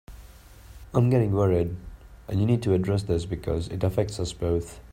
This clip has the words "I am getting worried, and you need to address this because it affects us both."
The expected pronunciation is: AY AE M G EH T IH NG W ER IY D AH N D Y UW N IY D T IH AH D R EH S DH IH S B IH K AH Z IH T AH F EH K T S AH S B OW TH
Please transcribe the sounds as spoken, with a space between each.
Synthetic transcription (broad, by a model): AY M G EH T IH NG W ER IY D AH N Y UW N IY D T IH AH D R EH S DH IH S B IH K AH Z IH T AH F EH K T S AH S B OW TH